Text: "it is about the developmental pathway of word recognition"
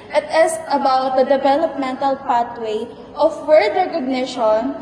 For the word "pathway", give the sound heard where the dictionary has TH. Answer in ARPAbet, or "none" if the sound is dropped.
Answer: T